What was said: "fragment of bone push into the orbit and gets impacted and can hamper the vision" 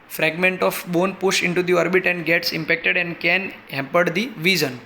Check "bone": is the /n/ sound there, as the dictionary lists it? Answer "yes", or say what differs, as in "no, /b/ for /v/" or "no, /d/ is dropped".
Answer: yes